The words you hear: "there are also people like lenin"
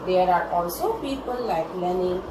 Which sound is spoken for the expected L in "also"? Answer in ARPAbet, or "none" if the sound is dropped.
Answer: L